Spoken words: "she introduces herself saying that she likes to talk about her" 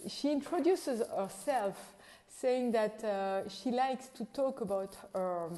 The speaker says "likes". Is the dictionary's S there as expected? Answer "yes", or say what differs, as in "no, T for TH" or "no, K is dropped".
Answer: yes